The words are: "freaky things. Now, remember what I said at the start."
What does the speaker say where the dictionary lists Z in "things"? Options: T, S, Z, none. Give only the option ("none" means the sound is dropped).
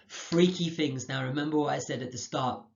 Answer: Z